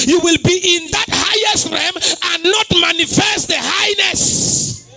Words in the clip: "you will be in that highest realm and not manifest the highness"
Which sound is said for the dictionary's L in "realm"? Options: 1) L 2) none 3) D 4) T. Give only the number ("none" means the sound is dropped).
2